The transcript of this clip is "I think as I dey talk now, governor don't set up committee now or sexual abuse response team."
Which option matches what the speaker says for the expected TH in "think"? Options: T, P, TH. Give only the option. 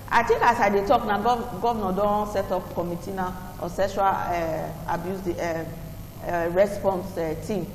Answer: T